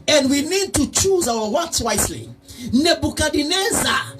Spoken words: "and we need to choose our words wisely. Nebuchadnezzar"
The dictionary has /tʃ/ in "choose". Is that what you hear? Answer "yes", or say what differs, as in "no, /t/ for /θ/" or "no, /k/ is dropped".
yes